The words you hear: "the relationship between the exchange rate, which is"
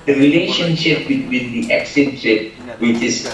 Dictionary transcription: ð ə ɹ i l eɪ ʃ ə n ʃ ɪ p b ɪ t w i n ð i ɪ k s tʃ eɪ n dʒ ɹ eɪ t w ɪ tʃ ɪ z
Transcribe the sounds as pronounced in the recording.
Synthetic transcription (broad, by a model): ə ɹ i l eɪ ʃ ə n ʃ ɪ p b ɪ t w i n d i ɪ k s eɪ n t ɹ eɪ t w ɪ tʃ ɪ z